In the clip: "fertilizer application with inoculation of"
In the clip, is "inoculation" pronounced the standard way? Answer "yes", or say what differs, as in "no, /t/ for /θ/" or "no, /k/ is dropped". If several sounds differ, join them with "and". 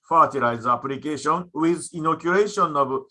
no, /l/ is dropped